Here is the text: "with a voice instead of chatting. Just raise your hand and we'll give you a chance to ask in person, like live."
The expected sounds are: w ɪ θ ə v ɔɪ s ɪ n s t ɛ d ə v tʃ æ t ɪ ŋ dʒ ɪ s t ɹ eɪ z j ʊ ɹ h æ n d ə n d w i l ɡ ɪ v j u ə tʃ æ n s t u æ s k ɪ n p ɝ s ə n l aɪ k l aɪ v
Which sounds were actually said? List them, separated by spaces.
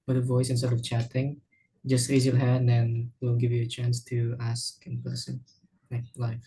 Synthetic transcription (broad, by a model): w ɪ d ə v ɔɪ s ɪ n s t ɛ d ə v tʃ æ t ɪ ŋ dʒ ɪ s t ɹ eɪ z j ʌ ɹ h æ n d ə n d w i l ɡ ɪ v j u ə tʃ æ n s t u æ s k ɪ n p ɝ s ə n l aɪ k l aɪ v